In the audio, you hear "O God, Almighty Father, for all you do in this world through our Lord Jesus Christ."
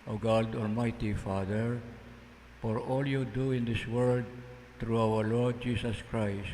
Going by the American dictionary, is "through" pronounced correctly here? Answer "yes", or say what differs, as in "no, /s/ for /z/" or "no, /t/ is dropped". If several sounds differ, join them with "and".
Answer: no, /t/ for /θ/